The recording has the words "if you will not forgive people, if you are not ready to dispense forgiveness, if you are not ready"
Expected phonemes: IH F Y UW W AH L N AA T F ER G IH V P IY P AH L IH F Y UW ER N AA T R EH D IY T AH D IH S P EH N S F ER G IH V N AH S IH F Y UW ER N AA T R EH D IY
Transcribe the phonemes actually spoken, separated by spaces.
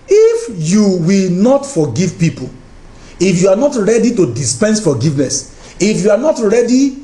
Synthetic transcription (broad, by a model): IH F Y UW W AH L N AA T F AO G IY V P IY P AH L IH F Y UW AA N AA T R EH D IY T AH D IH S P EH N S F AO G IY V N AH S IH F Y UW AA N AA T R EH D IY